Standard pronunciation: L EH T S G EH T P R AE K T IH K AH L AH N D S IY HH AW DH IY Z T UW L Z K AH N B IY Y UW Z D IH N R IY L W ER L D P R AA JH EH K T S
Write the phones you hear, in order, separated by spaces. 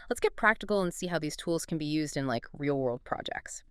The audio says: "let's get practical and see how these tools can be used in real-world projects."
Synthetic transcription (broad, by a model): L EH T S G EH T P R AE K T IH K L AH N S IY HH AW DH IY Z T UW L Z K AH N B IY Y UW Z D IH N R IY L W ER L D P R AA JH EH K T S